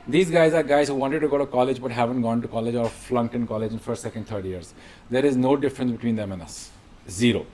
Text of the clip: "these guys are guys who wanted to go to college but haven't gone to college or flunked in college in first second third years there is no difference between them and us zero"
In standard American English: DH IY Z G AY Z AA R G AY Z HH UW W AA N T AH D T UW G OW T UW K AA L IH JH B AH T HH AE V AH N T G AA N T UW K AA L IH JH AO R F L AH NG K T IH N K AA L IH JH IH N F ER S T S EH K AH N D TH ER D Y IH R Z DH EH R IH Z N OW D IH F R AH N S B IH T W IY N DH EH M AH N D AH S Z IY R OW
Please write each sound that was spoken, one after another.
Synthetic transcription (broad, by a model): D IY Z G AY Z AA R G AY Z HH UW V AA N T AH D T UW G OW T UW K AA L IH JH B AH T HH AE V AH N T G AA N T UW K AA L IH JH AO R F L AH NG K T IH N K AA L IH JH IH N F ER S T S EH K AH N D T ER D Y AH R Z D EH R IH Z N OW D IH F R AH N S B IH T W IY N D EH M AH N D AH S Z IY R OW